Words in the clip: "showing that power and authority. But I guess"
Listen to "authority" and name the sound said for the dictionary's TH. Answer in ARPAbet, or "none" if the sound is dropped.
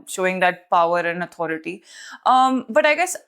T